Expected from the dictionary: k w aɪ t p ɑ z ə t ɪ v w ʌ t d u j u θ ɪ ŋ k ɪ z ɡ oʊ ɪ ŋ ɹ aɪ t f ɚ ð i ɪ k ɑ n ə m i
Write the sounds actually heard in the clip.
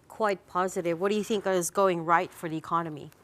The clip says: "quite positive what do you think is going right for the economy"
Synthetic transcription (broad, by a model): k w aɪ t p ɑ z ə t ɪ v w ʌ t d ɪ j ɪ θ ɪ ŋ k ɪ z ɡ oʊ ɪ ŋ ɹ aɪ t f ɚ ð i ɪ k ɑ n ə m i